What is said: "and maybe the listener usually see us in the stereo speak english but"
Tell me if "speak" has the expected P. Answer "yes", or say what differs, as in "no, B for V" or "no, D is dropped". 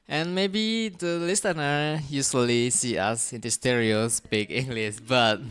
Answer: no, B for P